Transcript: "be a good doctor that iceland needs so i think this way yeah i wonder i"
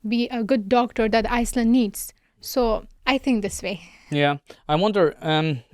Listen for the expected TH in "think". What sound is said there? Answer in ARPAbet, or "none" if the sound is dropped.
T